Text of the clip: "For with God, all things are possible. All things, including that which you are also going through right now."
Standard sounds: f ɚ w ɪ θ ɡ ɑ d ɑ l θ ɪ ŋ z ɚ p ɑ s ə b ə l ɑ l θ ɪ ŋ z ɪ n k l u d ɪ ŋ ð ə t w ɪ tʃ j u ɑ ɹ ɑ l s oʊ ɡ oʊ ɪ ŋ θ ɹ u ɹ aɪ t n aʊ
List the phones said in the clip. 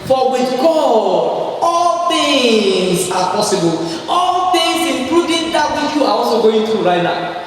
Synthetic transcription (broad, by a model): f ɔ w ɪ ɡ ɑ ɑ l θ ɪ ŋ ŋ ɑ p ɑ s ə b ə l ɑ l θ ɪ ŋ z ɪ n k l u d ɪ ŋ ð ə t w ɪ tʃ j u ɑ w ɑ s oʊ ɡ oʊ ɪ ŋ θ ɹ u ɹ aɪ t n aʊ